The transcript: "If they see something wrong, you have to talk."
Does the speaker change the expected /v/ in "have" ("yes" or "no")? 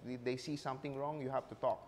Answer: yes